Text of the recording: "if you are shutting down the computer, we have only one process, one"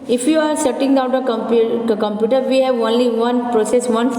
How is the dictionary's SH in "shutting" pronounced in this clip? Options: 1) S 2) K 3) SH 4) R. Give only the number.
1